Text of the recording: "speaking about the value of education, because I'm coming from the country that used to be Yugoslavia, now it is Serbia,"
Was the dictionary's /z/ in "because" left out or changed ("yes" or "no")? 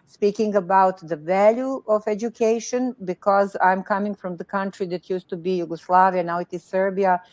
no